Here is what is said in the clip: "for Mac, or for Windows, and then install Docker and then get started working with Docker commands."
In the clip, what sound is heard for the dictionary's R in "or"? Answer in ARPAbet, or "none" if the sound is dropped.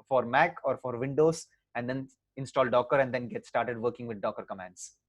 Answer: R